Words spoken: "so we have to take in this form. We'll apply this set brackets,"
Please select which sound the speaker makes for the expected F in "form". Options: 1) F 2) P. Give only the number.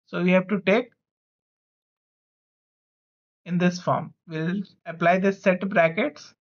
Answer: 1